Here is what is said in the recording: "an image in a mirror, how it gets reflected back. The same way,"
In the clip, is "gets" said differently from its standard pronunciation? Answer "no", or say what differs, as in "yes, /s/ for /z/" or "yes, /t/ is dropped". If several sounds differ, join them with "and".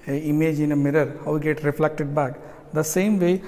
yes, /s/ is dropped